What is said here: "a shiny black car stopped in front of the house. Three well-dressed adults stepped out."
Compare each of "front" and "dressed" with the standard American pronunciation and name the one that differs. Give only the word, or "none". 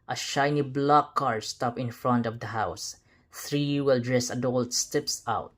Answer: dressed